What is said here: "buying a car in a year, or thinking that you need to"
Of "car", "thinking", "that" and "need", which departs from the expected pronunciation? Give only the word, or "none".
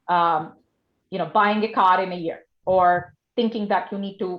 none